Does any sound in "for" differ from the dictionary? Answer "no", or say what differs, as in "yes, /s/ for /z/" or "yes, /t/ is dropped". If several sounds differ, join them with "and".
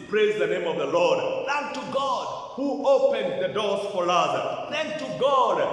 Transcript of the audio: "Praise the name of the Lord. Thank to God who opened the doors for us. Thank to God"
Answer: yes, /l/ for /ɹ/